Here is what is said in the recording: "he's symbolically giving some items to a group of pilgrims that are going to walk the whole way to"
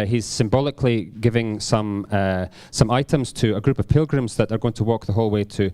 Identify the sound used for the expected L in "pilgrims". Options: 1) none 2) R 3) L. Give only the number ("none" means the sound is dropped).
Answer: 3